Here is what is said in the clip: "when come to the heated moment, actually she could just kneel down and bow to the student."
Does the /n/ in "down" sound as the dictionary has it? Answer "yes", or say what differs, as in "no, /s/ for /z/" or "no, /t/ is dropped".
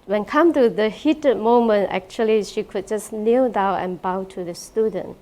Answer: no, /n/ is dropped